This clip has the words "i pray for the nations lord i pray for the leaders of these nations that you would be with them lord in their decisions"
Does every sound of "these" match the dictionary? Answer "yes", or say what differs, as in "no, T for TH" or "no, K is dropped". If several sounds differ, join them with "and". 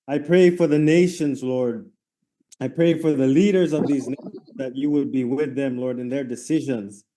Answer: yes